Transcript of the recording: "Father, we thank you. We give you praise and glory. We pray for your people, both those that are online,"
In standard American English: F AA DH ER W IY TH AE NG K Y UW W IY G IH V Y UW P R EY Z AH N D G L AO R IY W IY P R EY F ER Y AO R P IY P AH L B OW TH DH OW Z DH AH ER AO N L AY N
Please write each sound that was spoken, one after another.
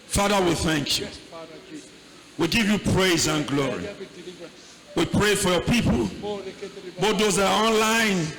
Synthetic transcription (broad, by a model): F AA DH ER W IY TH AE NG K Y UW W IY G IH V Y UW P R EY Z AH N G L AO R IY W IY P R EY F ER Y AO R P IY P AH L B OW T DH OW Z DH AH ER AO N L AY N